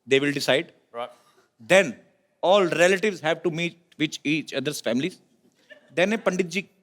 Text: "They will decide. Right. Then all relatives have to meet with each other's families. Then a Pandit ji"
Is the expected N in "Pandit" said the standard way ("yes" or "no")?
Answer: yes